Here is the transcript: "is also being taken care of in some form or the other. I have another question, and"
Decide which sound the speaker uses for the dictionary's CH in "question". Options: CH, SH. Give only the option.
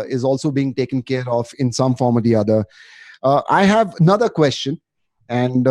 CH